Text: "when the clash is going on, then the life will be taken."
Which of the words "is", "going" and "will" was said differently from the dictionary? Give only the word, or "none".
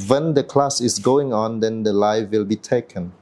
is